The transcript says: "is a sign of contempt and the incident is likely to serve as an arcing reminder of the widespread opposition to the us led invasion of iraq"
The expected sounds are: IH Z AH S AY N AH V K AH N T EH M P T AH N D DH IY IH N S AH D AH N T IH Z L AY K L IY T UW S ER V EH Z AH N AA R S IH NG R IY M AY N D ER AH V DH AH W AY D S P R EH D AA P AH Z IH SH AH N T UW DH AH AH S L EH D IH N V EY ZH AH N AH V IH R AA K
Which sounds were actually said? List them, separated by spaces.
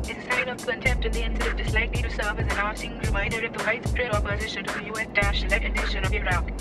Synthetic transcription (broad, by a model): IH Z AH S AY N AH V K AH N T EH M P T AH N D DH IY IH N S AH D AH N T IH S L AY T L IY T UW S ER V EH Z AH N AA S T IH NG R IY M AY N D ER AH V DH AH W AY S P R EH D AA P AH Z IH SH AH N T UW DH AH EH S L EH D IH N EY SH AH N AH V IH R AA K